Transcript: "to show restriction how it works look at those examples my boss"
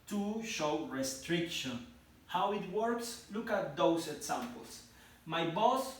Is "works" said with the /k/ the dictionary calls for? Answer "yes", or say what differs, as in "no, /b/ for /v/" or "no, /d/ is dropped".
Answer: yes